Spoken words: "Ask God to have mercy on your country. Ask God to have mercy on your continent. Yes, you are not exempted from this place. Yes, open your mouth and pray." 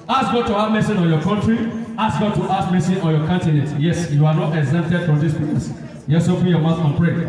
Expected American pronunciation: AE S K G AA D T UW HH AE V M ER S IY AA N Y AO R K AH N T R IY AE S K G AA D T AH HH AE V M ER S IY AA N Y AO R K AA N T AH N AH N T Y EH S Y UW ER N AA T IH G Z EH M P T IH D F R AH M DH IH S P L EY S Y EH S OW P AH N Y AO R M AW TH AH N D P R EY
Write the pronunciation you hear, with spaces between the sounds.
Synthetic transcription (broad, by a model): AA S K G AA D T UW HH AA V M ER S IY AA N Y AO K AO N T R IY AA S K G AA D T AH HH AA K M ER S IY AA N Y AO K AA N T AH N AH N T Y EH S Y UW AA N AA T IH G Z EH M T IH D F R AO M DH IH S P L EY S Y EH S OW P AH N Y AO M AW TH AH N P R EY